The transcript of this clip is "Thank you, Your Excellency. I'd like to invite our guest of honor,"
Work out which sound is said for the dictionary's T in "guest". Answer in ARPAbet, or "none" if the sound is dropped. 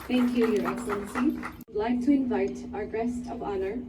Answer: T